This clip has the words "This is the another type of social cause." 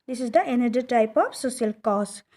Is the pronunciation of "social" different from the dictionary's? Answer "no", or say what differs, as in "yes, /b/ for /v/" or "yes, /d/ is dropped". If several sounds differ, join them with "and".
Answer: yes, /s/ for /ʃ/